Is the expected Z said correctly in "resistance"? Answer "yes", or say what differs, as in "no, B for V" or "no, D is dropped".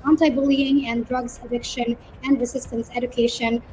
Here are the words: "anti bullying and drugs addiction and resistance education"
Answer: no, S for Z